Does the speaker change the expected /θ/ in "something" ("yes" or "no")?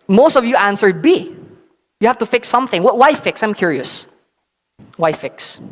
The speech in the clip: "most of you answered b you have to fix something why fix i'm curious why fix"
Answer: no